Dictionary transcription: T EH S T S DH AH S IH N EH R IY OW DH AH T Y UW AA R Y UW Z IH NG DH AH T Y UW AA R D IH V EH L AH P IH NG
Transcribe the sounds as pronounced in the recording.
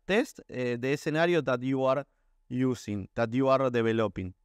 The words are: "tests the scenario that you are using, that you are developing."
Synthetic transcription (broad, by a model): T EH S T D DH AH S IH N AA R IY OW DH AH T Y UW AA R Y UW S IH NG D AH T Y UW AA R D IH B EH L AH P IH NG